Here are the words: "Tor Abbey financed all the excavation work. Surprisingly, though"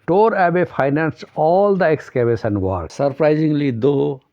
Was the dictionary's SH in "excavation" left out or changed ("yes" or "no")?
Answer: yes